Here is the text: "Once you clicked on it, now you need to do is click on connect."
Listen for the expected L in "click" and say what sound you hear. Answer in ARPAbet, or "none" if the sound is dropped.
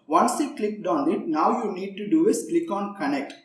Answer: L